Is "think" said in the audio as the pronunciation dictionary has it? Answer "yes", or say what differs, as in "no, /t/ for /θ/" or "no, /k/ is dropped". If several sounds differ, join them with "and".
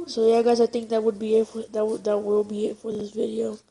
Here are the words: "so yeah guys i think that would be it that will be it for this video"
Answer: no, /t/ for /θ/